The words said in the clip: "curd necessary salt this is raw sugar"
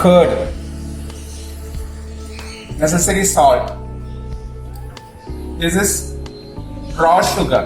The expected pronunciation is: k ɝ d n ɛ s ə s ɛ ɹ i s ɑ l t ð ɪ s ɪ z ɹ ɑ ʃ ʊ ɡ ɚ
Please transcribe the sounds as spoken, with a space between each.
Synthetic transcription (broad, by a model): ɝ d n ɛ s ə s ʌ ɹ i s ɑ t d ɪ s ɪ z ɹ ɑ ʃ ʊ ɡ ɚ